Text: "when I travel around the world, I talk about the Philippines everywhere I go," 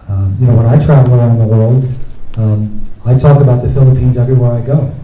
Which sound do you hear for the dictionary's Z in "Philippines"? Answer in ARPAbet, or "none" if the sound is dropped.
Z